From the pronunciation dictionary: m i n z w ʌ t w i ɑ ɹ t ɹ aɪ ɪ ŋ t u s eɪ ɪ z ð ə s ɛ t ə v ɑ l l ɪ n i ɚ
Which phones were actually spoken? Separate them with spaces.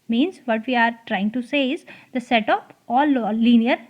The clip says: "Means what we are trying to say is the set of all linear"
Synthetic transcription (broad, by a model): m i n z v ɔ t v i ɑ ɹ t ɹ aɪ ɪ ŋ t u s eɪ ɪ z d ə s ɛ t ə p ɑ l l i n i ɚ